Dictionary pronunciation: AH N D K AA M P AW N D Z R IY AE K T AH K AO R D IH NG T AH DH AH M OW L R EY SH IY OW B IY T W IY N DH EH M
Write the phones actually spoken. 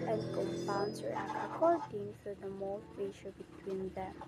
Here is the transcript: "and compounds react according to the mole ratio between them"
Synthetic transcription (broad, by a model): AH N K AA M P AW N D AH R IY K AH K AO R D IH NG S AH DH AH M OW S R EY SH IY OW B IY T W IY N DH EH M